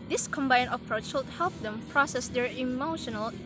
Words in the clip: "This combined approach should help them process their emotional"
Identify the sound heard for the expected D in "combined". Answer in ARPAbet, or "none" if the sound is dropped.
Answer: none